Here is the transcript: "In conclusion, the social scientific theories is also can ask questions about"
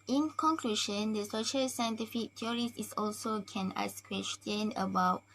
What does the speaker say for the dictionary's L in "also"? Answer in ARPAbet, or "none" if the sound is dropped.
L